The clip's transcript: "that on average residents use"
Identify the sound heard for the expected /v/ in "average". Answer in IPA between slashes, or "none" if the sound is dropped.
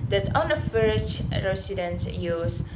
/f/